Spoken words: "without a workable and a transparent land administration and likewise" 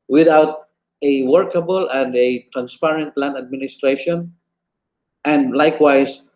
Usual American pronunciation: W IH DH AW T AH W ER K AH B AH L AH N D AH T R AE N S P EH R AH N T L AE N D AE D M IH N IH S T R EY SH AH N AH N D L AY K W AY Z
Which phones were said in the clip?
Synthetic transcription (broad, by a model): W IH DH AW T AH W ER K AH B AH L AH N D AH T R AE N S P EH R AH N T L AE N AE D M IH N IH S T R EY SH AH N AH N D L AY K W AY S